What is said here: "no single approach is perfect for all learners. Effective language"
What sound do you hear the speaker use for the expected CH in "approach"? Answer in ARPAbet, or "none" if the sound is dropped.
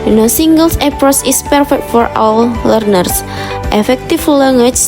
S